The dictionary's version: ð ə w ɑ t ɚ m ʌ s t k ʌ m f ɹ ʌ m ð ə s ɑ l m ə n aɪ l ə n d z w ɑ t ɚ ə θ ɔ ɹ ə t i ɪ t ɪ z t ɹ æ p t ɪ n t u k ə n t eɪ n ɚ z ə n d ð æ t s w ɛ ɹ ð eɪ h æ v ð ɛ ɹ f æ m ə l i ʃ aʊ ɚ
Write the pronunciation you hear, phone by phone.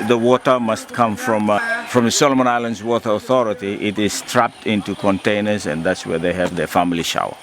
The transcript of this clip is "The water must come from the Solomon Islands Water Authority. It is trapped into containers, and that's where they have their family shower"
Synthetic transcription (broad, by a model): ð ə w ɑ t ɚ m ʌ s t k ʌ m f ɹ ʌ m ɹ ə s ɑ l m ə n aɪ l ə n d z w ɑ t ɚ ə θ ɔ ɹ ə t i ɪ t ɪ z t ɹ æ p t ɪ n t u k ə n t eɪ n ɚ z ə n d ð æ t s w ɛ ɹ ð eɪ h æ v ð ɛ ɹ f æ m ə l i ʃ aʊ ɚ